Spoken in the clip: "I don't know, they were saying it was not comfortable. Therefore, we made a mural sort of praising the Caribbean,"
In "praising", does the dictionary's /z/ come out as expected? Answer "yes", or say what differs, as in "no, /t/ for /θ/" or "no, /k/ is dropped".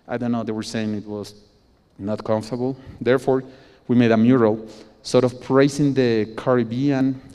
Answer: no, /s/ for /z/